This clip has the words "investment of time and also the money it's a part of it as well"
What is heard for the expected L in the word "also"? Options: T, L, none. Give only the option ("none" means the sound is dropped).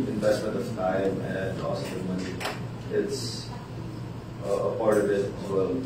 none